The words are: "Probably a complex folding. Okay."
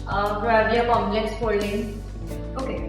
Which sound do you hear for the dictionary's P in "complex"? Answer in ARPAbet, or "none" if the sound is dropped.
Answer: none